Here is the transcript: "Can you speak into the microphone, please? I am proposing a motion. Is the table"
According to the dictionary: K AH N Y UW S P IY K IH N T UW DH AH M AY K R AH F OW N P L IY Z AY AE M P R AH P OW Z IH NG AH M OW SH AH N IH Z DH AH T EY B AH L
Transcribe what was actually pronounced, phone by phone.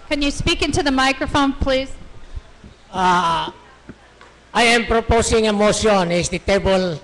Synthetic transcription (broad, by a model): K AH N Y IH S P IY K IH N T UW DH AH M AY K R AH F OW N P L IY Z AY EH M P R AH P OW S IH NG AH M OW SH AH N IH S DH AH T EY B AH L